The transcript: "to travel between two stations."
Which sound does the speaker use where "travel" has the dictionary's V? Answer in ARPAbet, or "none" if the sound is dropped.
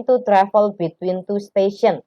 F